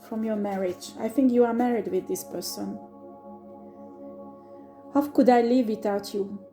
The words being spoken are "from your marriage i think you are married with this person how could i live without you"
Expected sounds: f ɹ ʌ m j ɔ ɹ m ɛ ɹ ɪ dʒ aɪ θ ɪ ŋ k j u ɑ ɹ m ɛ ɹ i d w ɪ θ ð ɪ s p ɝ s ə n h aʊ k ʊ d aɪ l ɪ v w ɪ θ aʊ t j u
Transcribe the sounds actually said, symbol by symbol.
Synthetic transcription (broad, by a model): f ɹ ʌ m j ɔ ɹ m ɛ ɹ ɪ dʒ aɪ θ ɪ ŋ k j u ɑ ɹ m ɛ ɹ i d w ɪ ð ɪ s p ɝ s ə n h aʊ k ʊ d aɪ l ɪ v w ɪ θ aʊ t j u